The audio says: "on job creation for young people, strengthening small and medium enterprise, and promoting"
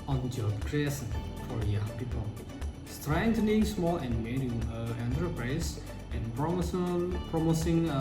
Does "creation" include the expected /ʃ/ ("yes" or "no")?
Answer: no